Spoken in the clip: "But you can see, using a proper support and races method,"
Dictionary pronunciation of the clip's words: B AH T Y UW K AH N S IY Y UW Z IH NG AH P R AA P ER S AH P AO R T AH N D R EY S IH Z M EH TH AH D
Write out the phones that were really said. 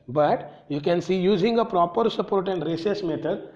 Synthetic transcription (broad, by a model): B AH T Y UW K AH N S IY Y UW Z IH NG AH P R AA P ER S AH P AO R T AH N D R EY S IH S M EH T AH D